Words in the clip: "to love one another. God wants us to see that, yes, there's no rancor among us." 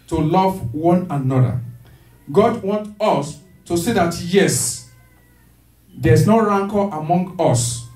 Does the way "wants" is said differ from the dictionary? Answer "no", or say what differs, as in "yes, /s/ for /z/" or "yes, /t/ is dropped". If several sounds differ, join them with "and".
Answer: yes, /s/ is dropped